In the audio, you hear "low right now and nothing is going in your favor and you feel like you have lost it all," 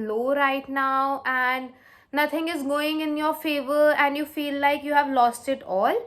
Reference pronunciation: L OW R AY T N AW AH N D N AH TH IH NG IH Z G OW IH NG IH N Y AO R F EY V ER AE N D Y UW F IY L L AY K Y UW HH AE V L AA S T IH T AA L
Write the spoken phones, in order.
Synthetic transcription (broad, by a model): L OW R AY T N AW AH N D N AH T IH NG IH Z G OW IH NG IH N Y AO R F EY V ER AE N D Y UW F IY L L AY K Y UW HH AE V L AA S T IH T AA L